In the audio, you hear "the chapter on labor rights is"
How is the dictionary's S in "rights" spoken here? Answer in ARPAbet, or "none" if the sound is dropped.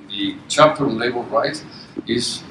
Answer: none